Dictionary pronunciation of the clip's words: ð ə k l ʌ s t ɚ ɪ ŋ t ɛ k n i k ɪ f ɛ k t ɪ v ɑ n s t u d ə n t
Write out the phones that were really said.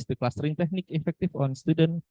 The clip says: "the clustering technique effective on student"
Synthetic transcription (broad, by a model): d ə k l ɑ s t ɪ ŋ t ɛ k n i k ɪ f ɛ k t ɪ f ɑ n s t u d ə n